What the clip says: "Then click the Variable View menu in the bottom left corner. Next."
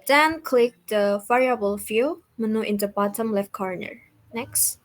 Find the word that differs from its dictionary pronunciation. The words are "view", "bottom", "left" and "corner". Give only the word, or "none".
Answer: view